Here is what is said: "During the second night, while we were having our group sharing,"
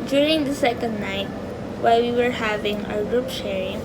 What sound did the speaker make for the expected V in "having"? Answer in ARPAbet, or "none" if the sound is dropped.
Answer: V